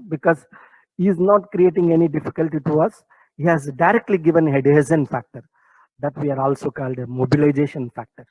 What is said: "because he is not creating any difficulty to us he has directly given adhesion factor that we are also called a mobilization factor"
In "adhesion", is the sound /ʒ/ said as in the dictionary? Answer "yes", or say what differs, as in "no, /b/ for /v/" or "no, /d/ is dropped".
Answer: no, /z/ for /ʒ/